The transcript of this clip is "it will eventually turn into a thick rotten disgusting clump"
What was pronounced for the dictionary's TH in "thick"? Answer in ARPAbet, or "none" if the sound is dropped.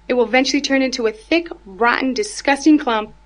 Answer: TH